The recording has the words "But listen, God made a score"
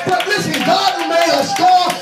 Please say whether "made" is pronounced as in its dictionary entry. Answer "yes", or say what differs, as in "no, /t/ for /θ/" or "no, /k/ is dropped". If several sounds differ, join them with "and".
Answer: no, /d/ is dropped